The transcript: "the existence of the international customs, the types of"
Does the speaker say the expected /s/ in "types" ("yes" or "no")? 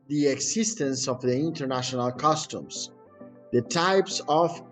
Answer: yes